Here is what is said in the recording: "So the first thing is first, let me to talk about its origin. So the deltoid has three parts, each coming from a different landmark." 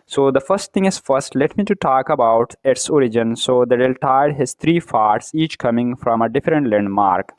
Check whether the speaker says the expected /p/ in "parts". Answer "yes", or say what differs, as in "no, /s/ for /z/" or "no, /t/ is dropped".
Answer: no, /f/ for /p/